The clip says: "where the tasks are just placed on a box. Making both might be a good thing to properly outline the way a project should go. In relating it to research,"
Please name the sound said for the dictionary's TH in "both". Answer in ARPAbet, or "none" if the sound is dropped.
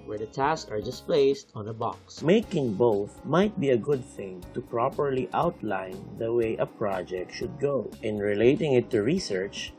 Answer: TH